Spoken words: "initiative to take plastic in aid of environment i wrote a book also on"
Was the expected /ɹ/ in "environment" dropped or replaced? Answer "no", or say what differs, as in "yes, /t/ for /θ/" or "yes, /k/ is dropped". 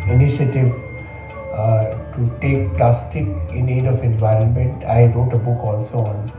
no